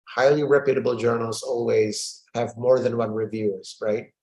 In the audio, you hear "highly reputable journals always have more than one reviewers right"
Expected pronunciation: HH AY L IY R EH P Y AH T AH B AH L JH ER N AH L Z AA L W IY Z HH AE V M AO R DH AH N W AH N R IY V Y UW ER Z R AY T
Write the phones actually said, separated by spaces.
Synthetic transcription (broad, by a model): HH AY L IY R EH P Y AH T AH B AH L JH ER N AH L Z AA L W IY Z HH AE V M AO R DH AH N W AH N R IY V Y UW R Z R AY T